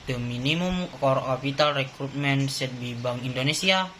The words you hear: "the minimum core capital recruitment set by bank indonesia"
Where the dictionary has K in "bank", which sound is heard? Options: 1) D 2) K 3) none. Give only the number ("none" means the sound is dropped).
3